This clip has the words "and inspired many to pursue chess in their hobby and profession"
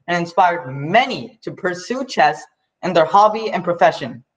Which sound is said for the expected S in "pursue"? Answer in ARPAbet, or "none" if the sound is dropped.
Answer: S